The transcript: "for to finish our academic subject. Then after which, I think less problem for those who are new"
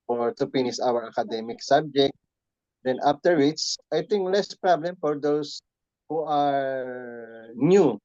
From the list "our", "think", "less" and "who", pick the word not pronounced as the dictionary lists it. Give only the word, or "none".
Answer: think